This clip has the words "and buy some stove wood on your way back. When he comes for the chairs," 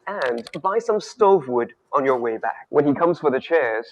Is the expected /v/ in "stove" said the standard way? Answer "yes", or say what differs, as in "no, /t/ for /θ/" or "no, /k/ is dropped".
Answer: yes